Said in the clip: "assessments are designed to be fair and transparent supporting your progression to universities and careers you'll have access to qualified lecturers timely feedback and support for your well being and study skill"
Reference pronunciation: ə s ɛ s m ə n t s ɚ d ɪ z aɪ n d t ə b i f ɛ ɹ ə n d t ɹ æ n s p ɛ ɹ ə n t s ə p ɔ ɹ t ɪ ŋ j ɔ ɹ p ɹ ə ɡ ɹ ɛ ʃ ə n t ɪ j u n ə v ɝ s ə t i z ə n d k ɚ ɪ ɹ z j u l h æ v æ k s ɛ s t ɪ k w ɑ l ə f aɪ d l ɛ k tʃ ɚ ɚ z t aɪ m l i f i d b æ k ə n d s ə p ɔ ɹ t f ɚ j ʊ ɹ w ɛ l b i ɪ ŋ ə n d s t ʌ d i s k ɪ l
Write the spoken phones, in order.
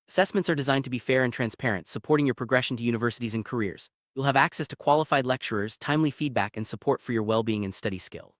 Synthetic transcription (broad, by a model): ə s ɛ s m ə n t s ɚ d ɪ z aɪ n t ə b i f ɛ ɹ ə n t ɹ æ n s p ɛ ɹ ə n t s ə p ɔ ɹ t ɪ ŋ j ɔ ɹ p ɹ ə ɡ ɹ ɛ ʃ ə n t ɪ j u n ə v ɝ s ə t i z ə n k ɚ ɪ ɹ z j u l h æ v æ k s ɛ s t ɪ k w ɑ l ə f aɪ d l ɛ k tʃ ɚ ɚ z t aɪ m l i f i d b æ k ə n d s ə p ɔ ɹ t f ɚ j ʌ ɹ w ɛ l b i ɪ ŋ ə n s t ʌ d i s k ɪ l